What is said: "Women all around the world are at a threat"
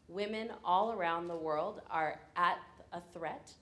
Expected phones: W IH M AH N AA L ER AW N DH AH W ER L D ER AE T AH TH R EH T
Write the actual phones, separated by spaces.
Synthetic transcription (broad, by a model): W IH M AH N AA L ER AW N DH AH W ER L D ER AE T AH TH R EH T